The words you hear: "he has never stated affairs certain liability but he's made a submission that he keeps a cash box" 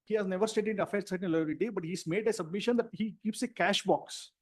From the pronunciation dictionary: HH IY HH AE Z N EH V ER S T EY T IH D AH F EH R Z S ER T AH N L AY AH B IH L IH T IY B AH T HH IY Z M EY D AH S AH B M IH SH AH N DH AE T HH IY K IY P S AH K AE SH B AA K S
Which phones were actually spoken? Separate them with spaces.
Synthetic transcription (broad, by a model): HH IY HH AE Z N EH V ER S T EY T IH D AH F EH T S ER T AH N L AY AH IH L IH T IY B AH T HH IY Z M EY D AH S AH B M IH SH AH N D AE T HH IY K IY P S AH K AE SH B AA K S